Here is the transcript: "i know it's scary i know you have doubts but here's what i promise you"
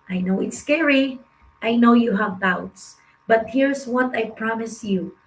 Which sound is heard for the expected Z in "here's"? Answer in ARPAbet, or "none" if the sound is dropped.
S